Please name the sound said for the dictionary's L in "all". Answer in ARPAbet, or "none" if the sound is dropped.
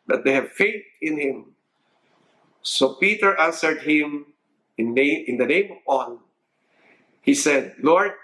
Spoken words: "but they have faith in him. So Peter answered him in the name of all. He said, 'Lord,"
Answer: N